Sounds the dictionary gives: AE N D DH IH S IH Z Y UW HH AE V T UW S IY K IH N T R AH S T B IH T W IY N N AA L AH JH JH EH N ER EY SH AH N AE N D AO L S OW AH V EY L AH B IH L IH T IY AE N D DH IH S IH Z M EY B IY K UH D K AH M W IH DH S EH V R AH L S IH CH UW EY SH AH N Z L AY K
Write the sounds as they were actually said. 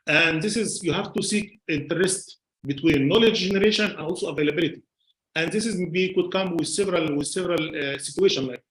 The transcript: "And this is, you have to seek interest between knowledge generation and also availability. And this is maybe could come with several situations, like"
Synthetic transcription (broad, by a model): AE N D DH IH S IH Z Y UW HH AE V T UW S IY K IH N T R AH S T B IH T W IY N N AA L AH JH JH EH N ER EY SH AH N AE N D AO L S OW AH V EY L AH B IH L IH T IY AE N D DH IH S IH Z M EY B IY K UH D K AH M W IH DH S EH V R AH L S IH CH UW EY SH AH N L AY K